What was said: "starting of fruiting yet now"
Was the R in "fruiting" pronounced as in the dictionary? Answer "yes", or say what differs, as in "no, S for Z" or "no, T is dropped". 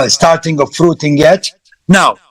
yes